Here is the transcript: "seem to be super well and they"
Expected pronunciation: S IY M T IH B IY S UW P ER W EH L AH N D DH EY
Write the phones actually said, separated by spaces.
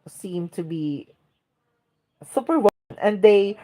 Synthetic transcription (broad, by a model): S IY M T IH B IY S UW P ER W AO N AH N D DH EY